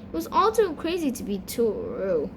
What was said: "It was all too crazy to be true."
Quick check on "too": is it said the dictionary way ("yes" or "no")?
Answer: no